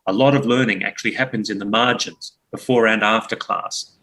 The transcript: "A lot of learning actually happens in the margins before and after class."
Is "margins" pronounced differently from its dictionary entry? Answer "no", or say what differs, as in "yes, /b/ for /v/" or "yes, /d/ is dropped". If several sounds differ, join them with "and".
no